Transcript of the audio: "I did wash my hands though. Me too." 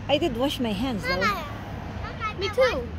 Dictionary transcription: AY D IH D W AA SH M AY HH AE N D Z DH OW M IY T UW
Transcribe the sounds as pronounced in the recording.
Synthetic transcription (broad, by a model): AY D IH D W AA SH M AY HH AE N D Z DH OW M IY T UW